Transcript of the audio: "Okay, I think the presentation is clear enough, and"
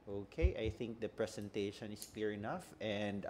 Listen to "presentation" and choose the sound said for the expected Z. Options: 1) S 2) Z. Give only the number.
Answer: 1